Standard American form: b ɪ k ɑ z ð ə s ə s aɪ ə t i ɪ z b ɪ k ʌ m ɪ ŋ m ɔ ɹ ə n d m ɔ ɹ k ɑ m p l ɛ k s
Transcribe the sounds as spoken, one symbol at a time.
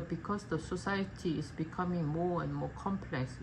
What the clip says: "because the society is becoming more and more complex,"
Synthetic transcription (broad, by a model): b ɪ k ɑ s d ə s ə s aɪ ə t i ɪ s b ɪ k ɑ m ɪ ŋ m ɔ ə n m ɔ k ɑ m p l ɛ k s